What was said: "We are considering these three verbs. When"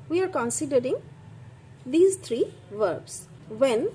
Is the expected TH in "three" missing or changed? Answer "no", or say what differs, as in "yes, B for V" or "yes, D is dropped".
yes, T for TH